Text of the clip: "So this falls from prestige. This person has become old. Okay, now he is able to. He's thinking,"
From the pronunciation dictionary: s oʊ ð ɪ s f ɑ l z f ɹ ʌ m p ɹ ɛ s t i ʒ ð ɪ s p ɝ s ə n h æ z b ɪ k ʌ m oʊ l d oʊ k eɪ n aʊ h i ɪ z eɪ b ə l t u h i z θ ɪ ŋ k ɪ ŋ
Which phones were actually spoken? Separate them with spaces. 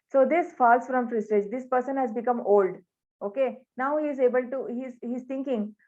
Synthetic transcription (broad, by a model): s oʊ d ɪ s f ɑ l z f ɹ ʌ m f ɹ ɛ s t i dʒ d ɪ s p ɝ s ə n h æ z b ɪ k ʌ m oʊ l d oʊ k eɪ n aʊ h i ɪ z eɪ b ə l t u h i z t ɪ ŋ k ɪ ŋ